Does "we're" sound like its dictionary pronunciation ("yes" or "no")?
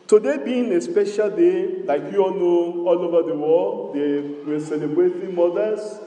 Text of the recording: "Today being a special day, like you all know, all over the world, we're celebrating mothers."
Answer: no